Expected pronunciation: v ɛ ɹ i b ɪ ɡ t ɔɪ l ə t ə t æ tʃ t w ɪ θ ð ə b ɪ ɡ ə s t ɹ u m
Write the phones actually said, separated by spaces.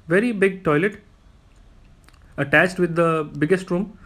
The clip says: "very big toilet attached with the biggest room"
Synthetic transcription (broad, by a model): v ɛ ɹ i b ɪ ɡ t ɔɪ l ə t ə t æ tʃ t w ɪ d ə b ɪ ɡ ə s t ɹ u m